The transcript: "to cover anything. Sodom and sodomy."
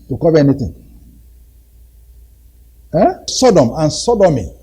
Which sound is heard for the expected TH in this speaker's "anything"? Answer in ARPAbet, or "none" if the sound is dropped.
T